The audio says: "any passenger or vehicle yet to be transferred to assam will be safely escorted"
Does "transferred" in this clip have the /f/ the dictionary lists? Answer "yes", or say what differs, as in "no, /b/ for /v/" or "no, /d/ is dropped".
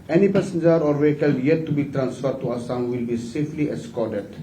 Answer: yes